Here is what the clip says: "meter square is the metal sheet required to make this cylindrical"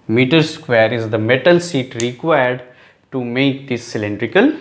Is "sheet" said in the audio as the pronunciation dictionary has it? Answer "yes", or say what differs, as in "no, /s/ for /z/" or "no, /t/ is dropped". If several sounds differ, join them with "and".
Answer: no, /s/ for /ʃ/